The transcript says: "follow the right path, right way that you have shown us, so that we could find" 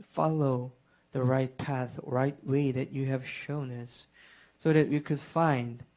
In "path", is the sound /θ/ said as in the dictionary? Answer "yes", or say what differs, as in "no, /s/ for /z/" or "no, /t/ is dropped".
yes